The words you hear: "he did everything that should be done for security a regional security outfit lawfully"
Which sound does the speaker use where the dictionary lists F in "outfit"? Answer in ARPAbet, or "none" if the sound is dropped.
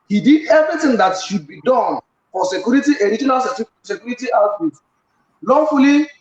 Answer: none